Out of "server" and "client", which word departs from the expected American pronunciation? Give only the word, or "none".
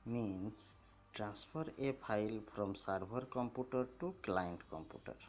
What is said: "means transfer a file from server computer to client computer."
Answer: server